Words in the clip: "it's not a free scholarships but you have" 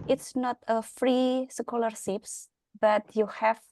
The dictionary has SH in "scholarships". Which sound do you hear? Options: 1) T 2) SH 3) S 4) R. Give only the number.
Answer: 3